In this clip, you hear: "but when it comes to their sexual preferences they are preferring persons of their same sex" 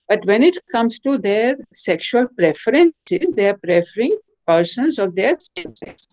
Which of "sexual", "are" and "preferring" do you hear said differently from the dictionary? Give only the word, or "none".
none